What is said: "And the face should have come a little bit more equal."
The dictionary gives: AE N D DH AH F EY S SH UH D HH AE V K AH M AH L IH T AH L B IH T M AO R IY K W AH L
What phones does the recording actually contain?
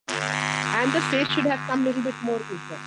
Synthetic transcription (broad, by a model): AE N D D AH P EY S SH UH D HH AE V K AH M L IH T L B IH T M AO R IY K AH